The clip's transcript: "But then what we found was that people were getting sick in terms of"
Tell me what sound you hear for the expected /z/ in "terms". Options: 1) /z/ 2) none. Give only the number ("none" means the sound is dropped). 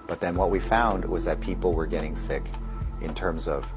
1